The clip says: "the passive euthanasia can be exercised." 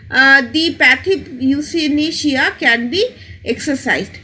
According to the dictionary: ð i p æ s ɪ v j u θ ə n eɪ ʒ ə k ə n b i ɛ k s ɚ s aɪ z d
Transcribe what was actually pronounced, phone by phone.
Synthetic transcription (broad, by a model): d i p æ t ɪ p j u s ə n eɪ ʃ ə k ə n b i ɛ k s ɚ s aɪ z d